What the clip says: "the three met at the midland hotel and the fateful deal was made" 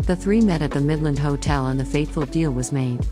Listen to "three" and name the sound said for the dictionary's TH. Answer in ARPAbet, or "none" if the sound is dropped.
TH